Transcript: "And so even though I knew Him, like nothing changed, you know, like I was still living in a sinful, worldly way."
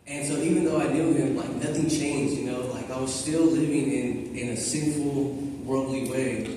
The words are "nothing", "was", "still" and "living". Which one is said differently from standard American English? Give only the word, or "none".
none